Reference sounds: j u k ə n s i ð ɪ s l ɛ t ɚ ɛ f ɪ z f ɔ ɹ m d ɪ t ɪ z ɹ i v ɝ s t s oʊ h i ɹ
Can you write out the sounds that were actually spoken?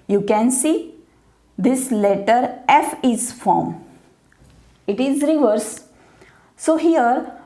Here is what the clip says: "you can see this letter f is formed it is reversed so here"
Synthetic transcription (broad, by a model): j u k ə n s i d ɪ s l ɛ t ɚ ɛ f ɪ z f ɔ ɹ m ɪ t ɪ z ɹ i v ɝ t s oʊ h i ɹ